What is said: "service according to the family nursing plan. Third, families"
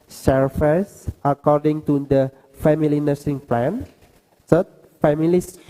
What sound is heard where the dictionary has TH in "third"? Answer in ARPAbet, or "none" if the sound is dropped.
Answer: S